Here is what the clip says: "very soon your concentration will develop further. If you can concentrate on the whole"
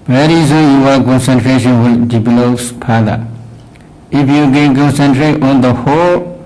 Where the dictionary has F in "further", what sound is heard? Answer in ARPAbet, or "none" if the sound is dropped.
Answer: P